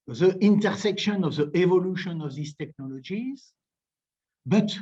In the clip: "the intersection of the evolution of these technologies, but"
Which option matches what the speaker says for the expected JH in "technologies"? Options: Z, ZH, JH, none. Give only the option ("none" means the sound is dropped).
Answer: JH